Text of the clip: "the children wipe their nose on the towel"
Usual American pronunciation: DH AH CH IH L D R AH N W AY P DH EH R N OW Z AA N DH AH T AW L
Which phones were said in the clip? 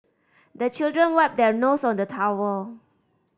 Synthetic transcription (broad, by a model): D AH CH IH L D R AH N W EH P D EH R N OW S AA N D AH T AW W